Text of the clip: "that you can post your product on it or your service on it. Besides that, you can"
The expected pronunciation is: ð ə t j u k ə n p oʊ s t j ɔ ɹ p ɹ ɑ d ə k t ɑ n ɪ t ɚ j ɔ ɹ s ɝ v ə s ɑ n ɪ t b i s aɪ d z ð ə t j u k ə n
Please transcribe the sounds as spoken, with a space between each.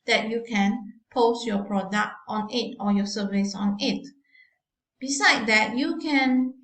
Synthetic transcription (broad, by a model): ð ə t j u k ə n p oʊ s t j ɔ p ɹ ɑ d ə k t ɑ n ɪ t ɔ j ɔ s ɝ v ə s ɑ n ɪ t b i s aɪ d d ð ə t j u k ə n